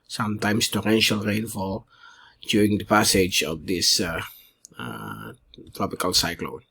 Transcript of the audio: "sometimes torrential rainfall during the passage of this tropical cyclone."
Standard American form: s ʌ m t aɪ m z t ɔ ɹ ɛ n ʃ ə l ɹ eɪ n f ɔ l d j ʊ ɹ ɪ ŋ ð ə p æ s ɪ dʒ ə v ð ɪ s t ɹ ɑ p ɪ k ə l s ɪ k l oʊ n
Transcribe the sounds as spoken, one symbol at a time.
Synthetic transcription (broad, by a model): s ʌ m t aɪ m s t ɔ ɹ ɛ n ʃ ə l ɹ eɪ n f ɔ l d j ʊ ɹ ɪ ŋ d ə p æ s ɪ dʒ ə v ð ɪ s t ɹ ɑ p ɪ k ə l s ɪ k l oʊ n